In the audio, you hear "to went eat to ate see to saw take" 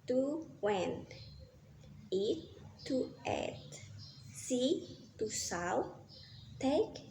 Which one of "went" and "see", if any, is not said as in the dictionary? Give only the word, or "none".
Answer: went